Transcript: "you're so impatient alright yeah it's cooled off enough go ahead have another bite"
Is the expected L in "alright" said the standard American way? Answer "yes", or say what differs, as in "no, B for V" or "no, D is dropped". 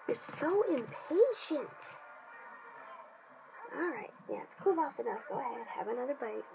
yes